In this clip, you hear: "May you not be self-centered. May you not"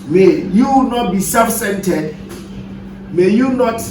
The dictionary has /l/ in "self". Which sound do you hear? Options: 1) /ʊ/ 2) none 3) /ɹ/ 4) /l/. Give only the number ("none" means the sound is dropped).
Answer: 2